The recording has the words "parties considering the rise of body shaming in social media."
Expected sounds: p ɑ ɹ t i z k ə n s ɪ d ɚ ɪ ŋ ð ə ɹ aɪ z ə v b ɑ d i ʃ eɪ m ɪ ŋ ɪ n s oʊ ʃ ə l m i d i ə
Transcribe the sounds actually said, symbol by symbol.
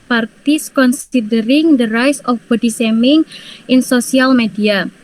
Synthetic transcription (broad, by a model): p ɑ ɹ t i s k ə n s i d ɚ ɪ ŋ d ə ɹ aɪ s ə f b ɑ d i s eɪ m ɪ ŋ ɪ n s oʊ s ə l m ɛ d i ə